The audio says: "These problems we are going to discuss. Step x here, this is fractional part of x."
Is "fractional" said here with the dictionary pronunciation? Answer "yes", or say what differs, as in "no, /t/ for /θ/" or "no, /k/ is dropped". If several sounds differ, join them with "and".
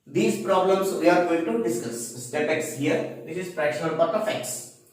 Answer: no, /k/ is dropped